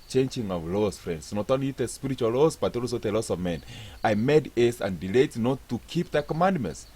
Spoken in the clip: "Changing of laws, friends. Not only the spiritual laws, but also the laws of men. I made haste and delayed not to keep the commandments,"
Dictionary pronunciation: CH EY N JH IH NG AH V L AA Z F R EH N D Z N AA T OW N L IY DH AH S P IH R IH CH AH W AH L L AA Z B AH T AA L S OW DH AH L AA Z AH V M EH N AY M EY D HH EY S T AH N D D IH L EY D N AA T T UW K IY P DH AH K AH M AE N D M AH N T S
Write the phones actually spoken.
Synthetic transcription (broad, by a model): CH EY N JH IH NG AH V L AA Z F R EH N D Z N AA T OW N L IY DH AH S P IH R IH CH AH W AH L L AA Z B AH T AA L S OW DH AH L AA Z AH V M EH N AY M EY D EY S AH N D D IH L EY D N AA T T UW K IY P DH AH K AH M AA N D M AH N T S